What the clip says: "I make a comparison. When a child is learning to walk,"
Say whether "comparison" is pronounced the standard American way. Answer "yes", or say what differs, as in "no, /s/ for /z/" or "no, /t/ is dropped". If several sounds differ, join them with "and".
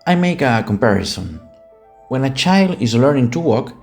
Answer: yes